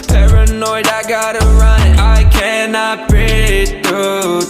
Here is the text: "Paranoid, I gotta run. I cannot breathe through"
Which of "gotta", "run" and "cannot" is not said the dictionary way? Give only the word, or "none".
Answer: none